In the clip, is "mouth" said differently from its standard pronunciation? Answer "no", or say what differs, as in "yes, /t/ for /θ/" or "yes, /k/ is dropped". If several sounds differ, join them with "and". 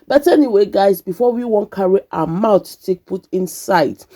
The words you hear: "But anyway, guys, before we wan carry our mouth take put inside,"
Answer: yes, /t/ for /θ/